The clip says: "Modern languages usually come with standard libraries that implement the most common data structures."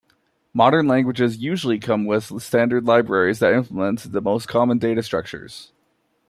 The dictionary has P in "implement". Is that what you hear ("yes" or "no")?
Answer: no